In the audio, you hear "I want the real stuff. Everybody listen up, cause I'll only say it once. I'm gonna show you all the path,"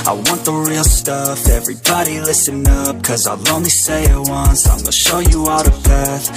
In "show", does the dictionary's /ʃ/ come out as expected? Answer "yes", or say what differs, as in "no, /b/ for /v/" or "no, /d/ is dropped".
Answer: yes